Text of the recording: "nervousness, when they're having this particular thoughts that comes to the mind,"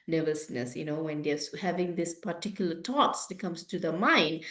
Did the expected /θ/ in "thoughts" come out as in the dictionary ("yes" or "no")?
no